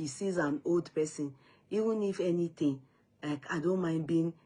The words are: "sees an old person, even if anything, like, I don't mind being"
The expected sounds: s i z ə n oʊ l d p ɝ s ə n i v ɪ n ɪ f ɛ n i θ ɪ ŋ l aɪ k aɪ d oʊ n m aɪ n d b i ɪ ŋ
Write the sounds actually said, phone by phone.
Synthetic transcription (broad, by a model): s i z ə n oʊ l d p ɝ s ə n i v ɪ n ɪ f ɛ n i t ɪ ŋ l aɪ k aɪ d oʊ n m aɪ n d b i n